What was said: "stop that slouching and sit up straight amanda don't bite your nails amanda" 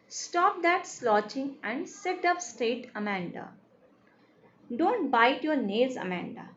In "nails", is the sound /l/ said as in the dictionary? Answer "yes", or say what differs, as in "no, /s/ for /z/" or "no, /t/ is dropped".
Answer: no, /l/ is dropped